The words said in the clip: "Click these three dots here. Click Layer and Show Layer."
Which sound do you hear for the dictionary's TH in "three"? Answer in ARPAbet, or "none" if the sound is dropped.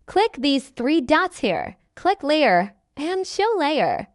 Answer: TH